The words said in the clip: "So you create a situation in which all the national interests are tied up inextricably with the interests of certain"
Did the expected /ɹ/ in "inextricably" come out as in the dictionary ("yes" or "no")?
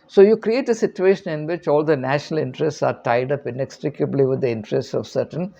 yes